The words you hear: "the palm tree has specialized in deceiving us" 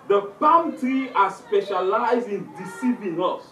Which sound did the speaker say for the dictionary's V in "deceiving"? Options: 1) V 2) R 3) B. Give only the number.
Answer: 3